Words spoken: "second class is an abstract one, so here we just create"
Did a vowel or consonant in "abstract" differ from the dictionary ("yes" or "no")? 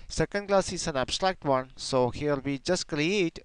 no